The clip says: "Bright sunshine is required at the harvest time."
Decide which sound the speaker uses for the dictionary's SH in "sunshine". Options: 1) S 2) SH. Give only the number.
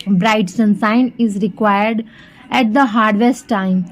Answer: 1